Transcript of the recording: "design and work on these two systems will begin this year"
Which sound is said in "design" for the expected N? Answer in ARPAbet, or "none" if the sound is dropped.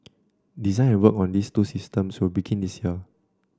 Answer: none